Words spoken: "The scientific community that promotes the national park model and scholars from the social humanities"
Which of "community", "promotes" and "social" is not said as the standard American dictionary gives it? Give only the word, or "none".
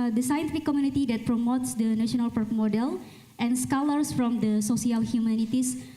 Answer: social